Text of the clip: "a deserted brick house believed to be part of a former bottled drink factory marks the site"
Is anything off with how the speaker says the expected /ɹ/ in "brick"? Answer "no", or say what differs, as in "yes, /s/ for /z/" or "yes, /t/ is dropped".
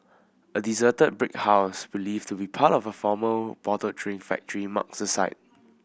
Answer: no